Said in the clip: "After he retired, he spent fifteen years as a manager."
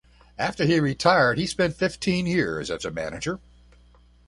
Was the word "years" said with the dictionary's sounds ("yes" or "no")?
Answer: yes